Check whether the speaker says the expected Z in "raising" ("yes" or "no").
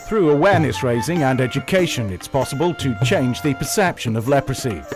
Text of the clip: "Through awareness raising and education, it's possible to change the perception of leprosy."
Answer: yes